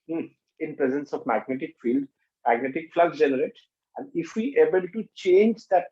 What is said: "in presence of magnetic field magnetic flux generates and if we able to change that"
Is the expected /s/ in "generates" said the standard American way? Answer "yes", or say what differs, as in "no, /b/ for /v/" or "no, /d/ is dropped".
no, /s/ is dropped